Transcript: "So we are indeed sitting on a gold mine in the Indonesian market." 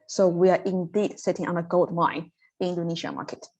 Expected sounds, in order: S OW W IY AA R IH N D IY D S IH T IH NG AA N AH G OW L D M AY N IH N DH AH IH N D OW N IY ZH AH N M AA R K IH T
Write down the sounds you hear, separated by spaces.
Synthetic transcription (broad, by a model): S OW W IY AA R IH N D IY D S IH T IH NG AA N AH G OW L D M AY IH N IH N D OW N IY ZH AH M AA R K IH T